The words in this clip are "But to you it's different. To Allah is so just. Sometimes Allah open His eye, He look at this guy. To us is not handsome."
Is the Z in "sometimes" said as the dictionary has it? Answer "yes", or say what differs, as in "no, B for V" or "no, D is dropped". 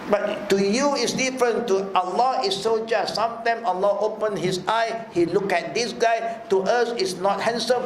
no, Z is dropped